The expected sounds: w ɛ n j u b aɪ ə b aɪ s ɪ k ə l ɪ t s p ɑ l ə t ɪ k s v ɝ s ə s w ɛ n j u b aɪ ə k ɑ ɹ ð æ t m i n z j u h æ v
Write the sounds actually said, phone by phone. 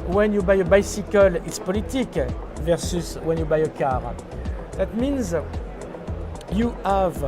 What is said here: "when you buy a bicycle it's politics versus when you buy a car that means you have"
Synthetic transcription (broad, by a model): w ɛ n j u b aɪ ə b aɪ s ɪ k ə l ɪ t s p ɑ l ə t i k v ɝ s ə s w ɛ n j u b aɪ ə k ɑ ɹ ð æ t m i n z j u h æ v